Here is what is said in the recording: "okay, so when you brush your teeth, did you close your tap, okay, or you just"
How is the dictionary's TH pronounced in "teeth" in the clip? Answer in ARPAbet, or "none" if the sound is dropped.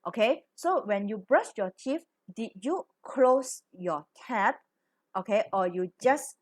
F